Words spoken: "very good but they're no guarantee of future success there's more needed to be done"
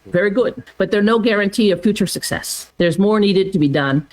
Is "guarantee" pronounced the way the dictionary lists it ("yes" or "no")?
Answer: yes